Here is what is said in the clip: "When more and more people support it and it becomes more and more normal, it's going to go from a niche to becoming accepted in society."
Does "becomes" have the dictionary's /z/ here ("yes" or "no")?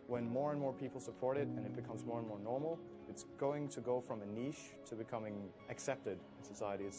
yes